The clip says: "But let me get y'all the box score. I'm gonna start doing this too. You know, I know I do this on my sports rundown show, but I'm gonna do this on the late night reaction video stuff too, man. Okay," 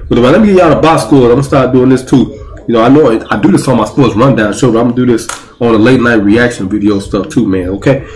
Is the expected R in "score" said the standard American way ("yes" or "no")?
no